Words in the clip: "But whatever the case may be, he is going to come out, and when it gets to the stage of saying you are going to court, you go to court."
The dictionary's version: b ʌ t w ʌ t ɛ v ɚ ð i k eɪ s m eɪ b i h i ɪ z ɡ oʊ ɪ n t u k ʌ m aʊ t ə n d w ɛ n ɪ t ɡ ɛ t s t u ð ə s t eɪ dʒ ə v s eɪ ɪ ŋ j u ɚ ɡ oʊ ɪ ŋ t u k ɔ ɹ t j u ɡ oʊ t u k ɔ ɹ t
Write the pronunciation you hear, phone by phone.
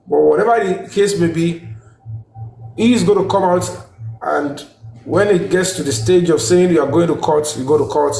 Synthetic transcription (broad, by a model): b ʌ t w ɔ t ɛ v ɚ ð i k eɪ s m eɪ b i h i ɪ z ɡ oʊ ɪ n t u k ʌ m aʊ t ə n d w ɛ n ɪ t ɡ ɛ t s t u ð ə s t eɪ dʒ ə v s eɪ ɪ ŋ j u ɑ ɡ oʊ ɪ ŋ t u k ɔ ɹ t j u ɡ oʊ t u k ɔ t